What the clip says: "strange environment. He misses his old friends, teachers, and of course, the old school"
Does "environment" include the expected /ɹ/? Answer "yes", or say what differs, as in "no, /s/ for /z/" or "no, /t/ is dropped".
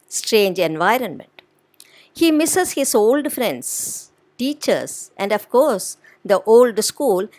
yes